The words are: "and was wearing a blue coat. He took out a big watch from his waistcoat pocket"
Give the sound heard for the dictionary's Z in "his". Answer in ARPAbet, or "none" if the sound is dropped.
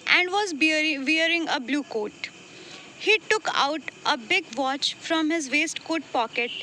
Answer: Z